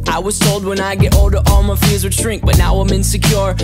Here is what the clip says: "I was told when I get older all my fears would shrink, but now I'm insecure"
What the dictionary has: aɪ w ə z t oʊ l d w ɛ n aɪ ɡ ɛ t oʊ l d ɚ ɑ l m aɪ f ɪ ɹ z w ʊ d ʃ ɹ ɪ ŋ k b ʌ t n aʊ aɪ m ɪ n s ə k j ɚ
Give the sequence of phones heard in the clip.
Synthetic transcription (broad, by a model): aɪ w ə z t oʊ l d w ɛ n aɪ ɡ ɛ t oʊ l d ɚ ɑ l m aɪ f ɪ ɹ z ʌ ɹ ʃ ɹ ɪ ŋ k b ʌ t n aʊ aɪ m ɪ n s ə k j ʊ